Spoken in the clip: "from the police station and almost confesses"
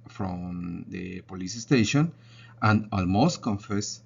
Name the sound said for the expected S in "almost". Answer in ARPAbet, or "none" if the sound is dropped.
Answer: S